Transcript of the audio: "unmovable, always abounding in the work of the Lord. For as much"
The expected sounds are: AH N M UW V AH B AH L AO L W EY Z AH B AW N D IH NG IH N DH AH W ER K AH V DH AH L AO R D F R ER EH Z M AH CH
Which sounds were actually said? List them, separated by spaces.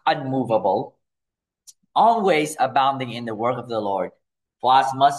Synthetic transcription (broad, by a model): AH N M UW V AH B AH L AO L W EY Z AH B AW N D IH NG IH N DH AH W ER K AH V DH AH L AO R D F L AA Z M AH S